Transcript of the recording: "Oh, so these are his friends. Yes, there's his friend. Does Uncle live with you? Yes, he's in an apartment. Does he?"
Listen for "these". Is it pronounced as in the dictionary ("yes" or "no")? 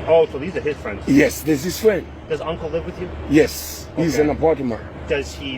yes